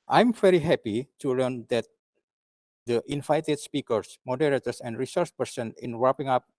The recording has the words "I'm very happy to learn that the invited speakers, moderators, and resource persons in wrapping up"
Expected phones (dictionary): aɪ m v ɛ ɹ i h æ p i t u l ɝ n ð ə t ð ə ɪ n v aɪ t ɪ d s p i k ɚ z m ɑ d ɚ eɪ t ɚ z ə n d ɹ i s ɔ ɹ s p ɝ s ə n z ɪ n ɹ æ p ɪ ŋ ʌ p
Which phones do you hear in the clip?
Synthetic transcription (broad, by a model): aɪ m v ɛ ɹ i h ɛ p i t u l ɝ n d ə t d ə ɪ n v aɪ t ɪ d s p i k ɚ s m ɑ d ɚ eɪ t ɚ s ə n d ɹ i s ɔ ɹ s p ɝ s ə n ɪ n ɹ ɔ p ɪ ŋ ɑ p